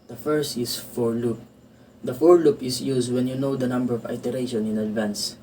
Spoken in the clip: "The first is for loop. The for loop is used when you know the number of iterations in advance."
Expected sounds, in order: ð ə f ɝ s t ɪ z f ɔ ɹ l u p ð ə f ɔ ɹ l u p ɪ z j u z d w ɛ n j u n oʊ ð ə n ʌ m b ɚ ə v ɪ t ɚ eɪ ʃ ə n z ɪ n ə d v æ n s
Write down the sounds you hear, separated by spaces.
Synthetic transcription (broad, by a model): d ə f ɝ s t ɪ s f ɔ ɹ l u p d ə f ɔ ɹ l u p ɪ s j u s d w ɛ n j u n oʊ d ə n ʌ m b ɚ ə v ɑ t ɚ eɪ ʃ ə n ɪ n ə d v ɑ n s